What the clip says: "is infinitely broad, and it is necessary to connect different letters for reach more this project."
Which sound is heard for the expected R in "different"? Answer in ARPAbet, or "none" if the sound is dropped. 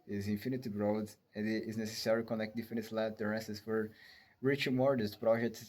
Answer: none